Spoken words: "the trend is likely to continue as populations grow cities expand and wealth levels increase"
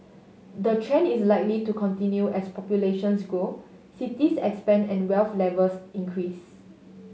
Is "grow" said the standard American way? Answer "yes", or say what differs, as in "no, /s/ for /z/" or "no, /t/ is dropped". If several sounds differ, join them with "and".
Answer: no, /ɹ/ is dropped